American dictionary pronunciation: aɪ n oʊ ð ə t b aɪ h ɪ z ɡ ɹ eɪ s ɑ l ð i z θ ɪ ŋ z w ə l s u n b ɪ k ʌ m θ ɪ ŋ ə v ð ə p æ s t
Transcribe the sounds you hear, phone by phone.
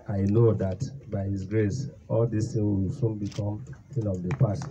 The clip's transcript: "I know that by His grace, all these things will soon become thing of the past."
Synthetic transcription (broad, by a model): aɪ n oʊ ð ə t b aɪ h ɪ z ɡ ɹ eɪ s ɑ l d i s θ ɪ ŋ w ə l s u n b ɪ k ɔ m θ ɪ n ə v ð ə p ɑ s t